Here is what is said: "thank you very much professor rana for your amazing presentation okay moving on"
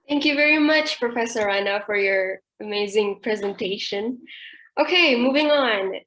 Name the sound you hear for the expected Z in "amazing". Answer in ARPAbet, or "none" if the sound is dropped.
Z